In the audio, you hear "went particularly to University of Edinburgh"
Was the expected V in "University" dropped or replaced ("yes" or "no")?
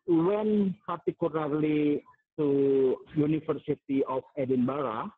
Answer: yes